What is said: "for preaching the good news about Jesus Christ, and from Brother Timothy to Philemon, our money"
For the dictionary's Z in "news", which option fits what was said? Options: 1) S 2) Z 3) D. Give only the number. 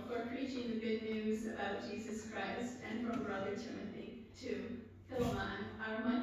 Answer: 2